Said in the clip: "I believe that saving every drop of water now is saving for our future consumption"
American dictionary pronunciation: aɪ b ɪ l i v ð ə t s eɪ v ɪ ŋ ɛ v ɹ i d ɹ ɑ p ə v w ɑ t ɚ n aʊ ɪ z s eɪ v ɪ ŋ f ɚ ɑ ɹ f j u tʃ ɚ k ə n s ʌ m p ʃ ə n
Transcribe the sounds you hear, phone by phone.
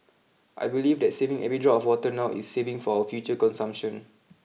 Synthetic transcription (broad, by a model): aɪ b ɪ l i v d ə t s eɪ v ɪ ŋ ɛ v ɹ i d ɹ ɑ ə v w ɑ t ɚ n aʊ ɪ s eɪ v ɪ ŋ f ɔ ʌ f j u tʃ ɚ k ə n s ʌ m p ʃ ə n